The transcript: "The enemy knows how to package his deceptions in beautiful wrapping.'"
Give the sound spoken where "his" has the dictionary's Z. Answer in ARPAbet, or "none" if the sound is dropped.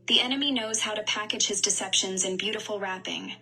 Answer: Z